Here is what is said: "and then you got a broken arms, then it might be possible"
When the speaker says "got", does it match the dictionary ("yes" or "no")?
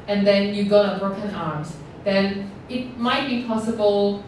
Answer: no